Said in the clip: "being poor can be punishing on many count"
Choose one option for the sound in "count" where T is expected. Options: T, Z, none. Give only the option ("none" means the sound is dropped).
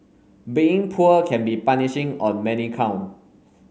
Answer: none